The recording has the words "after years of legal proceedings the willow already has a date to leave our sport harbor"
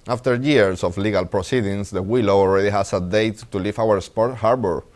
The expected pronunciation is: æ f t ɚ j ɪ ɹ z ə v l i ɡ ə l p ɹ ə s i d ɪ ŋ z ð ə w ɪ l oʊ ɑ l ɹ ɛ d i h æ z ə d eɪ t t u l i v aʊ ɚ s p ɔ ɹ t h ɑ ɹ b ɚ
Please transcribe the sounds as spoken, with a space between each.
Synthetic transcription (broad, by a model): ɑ f t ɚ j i ɹ s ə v l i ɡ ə l p ɹ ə s i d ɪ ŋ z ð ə w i l oʊ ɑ l ɹ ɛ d i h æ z ə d eɪ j t u l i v aʊ ɚ s p ɔ ɹ t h ɑ ɹ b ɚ